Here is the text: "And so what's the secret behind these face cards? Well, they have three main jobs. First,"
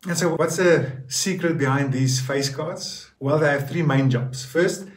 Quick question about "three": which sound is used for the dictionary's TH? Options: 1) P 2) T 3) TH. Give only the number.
3